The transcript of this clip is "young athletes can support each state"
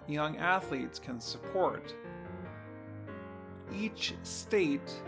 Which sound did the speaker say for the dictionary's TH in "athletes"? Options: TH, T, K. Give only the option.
TH